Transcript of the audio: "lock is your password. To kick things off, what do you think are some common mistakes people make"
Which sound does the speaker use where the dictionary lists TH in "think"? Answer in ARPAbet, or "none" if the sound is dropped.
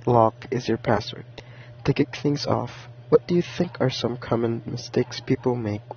TH